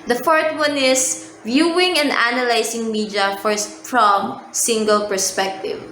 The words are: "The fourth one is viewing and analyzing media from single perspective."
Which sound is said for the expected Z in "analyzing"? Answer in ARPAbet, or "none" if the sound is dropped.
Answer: S